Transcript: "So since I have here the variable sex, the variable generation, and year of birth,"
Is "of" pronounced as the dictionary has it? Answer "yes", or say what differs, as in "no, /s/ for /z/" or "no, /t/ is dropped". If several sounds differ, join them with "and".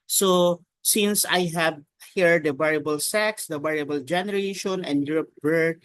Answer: no, /p/ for /v/